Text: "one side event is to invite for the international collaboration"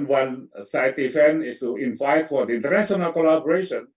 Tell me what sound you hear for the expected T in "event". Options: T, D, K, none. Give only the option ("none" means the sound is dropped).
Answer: none